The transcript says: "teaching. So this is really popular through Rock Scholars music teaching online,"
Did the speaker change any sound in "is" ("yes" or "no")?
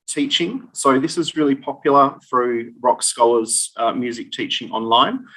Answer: no